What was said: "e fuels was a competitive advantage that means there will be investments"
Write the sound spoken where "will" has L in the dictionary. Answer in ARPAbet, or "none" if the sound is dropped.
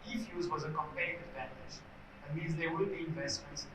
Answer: N